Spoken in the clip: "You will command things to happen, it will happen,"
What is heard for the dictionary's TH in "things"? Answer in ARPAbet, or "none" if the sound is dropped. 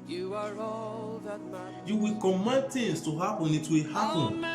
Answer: T